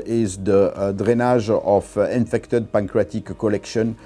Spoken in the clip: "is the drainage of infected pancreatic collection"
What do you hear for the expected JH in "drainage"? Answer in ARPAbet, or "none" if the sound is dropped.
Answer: ZH